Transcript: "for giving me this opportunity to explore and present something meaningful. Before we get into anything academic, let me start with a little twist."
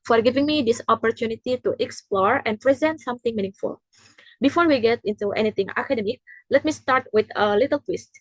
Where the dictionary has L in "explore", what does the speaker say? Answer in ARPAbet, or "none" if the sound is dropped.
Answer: L